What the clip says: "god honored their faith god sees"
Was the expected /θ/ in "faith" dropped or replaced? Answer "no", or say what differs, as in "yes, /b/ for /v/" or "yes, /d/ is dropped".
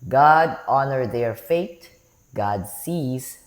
yes, /t/ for /θ/